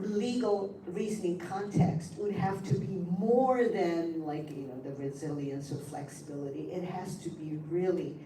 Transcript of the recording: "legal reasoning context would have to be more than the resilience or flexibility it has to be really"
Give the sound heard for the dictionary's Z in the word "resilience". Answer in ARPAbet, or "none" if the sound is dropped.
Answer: Z